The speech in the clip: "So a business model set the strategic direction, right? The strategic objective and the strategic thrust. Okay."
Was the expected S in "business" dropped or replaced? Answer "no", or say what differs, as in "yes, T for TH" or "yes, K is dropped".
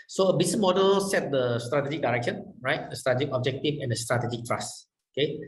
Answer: yes, S is dropped